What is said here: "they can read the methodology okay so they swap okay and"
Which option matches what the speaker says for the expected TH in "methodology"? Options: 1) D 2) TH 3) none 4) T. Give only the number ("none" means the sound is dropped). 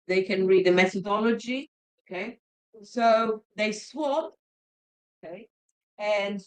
2